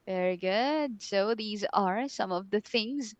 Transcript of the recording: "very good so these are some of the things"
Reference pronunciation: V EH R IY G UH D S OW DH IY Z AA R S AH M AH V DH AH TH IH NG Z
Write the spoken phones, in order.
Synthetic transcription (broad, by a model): V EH R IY G UH D S OW DH IY Z AA R S AH M AH V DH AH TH IH NG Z